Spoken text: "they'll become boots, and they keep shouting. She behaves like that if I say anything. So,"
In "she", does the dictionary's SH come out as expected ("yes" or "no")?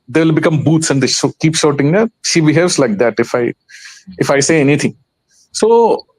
yes